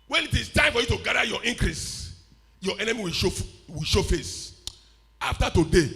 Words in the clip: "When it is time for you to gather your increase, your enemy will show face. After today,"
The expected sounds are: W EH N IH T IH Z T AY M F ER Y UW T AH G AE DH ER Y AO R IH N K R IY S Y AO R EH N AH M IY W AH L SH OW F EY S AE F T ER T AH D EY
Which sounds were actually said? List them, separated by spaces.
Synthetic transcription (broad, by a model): W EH N IH T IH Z T AY M F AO Y UW T AH G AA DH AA Y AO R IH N K R IY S Y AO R EH N AH M IY W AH W SH OW F EY S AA F T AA T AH D EY